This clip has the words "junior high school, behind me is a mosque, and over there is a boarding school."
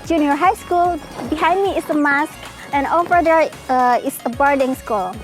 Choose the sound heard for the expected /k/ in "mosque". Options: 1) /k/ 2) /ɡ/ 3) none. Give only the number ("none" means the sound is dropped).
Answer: 1